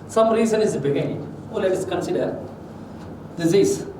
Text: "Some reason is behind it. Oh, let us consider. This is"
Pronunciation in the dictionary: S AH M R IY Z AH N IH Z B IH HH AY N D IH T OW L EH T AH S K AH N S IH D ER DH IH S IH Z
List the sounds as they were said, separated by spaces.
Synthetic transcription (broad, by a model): S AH M R IY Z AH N IH Z B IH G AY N IH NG OW L EH T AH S K AH N S IH D ER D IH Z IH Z